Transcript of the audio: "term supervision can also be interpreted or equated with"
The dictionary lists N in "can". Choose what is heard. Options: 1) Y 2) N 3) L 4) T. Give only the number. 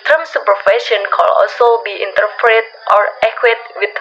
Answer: 3